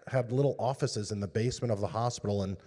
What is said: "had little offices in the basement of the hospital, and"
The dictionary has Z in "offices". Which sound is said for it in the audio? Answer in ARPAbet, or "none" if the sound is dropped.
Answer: Z